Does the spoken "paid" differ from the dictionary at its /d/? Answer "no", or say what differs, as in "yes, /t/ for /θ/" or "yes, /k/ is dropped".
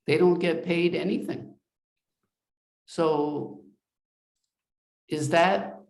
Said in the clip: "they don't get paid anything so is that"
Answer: no